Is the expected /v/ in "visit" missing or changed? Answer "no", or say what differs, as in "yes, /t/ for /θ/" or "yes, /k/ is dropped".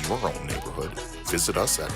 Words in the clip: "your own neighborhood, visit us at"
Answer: no